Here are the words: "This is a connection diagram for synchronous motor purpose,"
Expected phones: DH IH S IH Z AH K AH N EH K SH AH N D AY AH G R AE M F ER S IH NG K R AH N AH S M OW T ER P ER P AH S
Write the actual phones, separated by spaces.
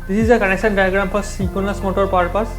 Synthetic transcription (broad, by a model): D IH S IH Z AH K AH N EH K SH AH N D AY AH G R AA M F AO S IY K AH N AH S M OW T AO P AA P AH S